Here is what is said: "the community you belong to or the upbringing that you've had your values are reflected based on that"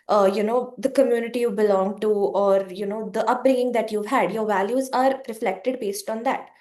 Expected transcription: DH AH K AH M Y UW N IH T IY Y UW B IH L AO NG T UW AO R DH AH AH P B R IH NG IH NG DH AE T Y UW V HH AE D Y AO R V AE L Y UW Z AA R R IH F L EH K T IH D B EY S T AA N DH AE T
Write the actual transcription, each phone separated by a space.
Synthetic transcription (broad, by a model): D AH K AH M Y UW N IH T IY Y UW B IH L AO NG T UW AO R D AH AH P B R IH NG IH NG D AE T Y UW V HH AE D Y AO R V AE L Y UW Z AA R R IH F L EH K T IH D B EY S T AA N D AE T